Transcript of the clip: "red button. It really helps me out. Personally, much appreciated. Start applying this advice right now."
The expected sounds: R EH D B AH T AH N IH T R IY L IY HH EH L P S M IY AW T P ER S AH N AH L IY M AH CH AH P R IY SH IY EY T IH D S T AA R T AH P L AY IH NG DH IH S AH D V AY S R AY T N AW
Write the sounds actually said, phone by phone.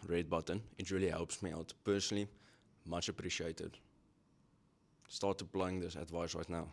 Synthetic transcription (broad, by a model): R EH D B AH T AH N IH T R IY L IY HH EH L P S M IY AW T P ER S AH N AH L IY M AH CH AH P R IY SH IY EY T IH D S T AA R T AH P L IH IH NG DH IH S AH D V AY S R AY T N AW